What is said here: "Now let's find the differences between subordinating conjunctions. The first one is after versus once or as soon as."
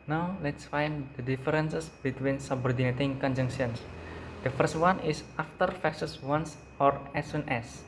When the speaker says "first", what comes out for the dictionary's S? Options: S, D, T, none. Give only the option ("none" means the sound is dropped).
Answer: S